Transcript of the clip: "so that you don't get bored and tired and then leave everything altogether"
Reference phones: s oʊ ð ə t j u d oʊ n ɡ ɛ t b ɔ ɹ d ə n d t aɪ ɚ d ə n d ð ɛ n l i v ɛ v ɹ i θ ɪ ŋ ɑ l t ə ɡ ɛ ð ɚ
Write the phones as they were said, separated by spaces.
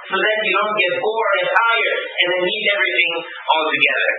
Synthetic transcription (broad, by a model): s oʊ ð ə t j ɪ d oʊ n ɡ ɛ t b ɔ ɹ ə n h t aɪ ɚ ə n ð ɛ n i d ɛ v ɹ i θ ɪ ŋ ɑ l t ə ɡ ɛ ð ɚ